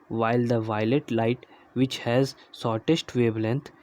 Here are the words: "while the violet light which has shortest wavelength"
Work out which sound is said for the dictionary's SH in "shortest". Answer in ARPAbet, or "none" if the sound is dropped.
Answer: S